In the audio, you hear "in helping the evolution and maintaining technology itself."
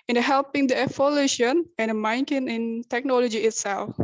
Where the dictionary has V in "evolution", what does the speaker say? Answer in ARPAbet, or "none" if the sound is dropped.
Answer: F